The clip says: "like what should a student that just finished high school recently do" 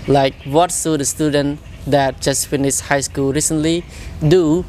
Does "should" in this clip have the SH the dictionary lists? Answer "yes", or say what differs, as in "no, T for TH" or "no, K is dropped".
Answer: no, S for SH